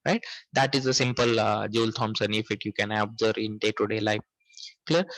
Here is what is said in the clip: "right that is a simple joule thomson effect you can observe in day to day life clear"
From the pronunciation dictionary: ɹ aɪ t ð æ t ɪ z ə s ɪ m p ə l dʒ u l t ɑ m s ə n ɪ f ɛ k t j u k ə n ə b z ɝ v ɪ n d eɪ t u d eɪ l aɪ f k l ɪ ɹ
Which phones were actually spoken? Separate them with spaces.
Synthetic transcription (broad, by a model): ɹ aɪ t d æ t ɪ z ə s ɪ m p ə l dʒ u l t ɑ m s ə n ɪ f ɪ t j u k ə n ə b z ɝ ɪ n d eɪ t u d eɪ l aɪ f k l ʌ ɹ